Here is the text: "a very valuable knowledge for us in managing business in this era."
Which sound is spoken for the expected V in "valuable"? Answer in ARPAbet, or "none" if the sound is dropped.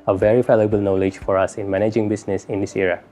F